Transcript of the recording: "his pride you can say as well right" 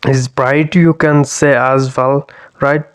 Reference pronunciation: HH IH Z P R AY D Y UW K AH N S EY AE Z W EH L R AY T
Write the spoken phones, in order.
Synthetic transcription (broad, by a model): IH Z B R AY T Y UW K AH N S EY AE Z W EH L R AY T